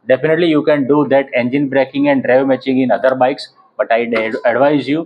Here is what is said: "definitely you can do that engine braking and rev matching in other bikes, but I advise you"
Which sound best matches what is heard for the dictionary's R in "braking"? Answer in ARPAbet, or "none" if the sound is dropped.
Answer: R